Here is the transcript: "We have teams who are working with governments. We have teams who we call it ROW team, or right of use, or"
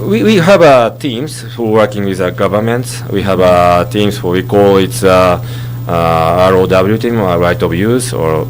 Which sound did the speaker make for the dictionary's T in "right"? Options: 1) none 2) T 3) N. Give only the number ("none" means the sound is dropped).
2